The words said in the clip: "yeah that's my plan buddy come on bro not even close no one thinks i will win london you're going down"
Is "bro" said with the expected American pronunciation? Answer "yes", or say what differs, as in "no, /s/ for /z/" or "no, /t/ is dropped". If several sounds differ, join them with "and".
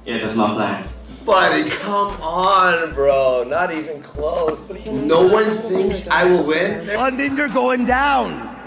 yes